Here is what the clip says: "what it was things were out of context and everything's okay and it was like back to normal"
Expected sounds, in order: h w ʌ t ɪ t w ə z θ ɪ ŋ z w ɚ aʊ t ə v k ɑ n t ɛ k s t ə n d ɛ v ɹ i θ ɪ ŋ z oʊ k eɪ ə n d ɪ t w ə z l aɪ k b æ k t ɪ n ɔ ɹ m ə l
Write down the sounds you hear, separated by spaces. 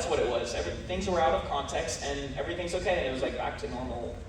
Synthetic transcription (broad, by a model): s w ʌ t ɪ t w ə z θ ɪ ŋ z w ɚ aʊ t ə v k ɑ n t ɛ k s t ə n ɛ v ɹ i θ ɪ ŋ z oʊ k eɪ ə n ɪ t w ə z l aɪ k b æ k t ɪ n ɔ ɹ m l